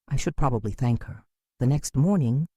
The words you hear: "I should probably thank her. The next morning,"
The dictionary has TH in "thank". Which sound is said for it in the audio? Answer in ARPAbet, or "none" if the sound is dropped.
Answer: TH